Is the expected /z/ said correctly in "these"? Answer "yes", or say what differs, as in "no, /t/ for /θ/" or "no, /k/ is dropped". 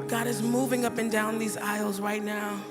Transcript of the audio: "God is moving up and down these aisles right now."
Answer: yes